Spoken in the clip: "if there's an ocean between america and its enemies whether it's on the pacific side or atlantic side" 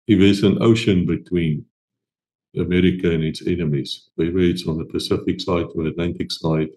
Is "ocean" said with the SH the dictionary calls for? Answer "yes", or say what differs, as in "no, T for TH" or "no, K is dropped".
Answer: yes